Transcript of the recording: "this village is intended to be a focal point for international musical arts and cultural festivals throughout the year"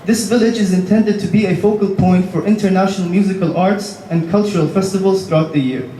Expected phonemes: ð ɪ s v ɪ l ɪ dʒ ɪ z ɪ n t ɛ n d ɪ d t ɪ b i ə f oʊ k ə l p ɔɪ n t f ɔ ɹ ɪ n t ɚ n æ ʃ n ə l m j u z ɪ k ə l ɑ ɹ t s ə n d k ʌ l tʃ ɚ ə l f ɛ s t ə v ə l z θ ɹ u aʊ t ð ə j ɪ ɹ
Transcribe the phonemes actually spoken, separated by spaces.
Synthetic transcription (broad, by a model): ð ɪ s v ɪ l ɪ dʒ ɪ z ɪ n t ɛ n d ɪ d t ɪ b i ə f oʊ k ə l p ɔɪ n t f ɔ ɹ ɪ n t ɚ n æ ʃ n ə l m j u z ɪ k ə l ɑ ɹ t s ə n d k ʌ l tʃ ɚ ə l f ɛ s t ə v ə l z θ ɹ u aʊ t ð ə j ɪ ɹ